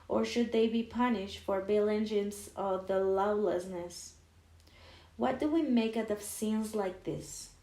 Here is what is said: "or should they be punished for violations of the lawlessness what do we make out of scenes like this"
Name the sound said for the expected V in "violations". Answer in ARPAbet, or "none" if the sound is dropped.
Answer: B